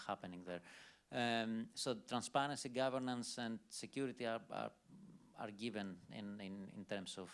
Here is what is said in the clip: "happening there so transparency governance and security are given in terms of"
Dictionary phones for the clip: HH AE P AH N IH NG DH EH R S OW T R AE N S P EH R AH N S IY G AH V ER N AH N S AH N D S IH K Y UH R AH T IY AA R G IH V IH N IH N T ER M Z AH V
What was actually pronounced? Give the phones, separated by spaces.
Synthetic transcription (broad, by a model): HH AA P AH N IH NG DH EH R S OW T R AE N S P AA R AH N S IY G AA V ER N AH N S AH N S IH K Y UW R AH T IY AA R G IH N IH N IH N T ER M S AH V